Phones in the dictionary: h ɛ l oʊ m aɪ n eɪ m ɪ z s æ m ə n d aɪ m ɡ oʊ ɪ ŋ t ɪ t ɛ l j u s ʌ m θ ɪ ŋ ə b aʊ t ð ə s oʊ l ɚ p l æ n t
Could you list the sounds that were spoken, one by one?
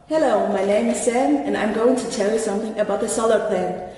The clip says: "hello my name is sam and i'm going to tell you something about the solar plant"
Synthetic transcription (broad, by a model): h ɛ l oʊ m aɪ n eɪ m ɪ z s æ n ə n aɪ m ɡ oʊ ɪ ŋ t ɪ t ɛ l j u s ʌ m θ ɪ ŋ ə b aʊ t ð ə s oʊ l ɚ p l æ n